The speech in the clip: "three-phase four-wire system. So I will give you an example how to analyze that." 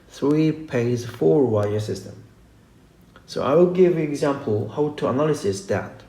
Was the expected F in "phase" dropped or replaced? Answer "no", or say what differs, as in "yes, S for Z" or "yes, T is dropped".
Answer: yes, P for F